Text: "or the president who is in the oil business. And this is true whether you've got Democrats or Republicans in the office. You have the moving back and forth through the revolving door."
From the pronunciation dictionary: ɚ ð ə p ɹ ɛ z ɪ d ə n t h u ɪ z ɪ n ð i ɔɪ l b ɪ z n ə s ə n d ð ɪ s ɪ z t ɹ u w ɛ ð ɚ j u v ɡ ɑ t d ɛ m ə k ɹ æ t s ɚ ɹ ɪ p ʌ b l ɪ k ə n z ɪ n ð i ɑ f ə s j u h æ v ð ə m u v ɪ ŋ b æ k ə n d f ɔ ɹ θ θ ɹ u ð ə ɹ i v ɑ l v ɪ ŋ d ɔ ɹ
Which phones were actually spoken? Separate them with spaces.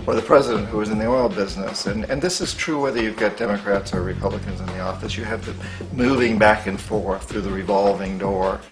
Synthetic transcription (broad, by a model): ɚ ð ə p ɹ ɛ z ɪ d ə n t h u ɪ z ɪ n ð i ɔɪ l b ɪ z n ə s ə n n ð ɪ s ɪ z t ɹ u w ɛ ð ɚ j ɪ ɡ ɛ t d ɛ m ə k ɹ æ t s ɚ ɹ ɪ p ʌ b l ɪ k ə n z ɪ n ð i ɑ f ə s j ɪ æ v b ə m u v ɪ ŋ b æ k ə n f ɔ ɹ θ θ ɹ u ð ə ɹ i v ɑ l v ɪ ŋ d ɔ ɹ